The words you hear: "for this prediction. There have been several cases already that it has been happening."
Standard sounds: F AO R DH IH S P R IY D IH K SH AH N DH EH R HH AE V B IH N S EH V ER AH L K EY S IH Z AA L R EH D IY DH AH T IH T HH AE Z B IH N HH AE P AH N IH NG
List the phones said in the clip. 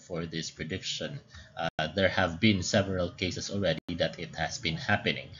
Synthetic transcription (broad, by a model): F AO R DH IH S P R IY D IH K SH AH N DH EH R HH AE V B IH N S EH V ER AH L K EY S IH S AA L R EH D IY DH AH T IH T HH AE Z B IH N HH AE P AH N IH NG